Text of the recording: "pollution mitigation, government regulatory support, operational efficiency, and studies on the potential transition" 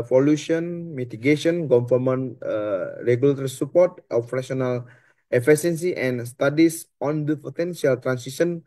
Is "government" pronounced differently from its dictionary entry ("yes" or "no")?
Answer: yes